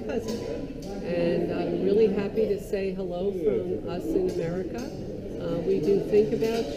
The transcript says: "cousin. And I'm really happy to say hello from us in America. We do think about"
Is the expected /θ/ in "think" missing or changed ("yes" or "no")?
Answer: no